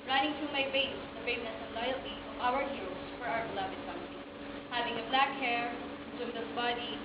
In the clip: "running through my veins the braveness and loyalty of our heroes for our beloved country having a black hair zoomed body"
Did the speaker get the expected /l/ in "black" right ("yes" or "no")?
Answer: yes